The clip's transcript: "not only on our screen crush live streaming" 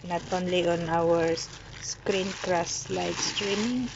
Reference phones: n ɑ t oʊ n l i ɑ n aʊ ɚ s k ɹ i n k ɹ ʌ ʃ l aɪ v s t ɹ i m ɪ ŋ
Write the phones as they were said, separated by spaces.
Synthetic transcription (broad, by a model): n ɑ t oʊ n l i ɑ n aʊ ɚ s k ɹ i n k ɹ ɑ s l aɪ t s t ɹ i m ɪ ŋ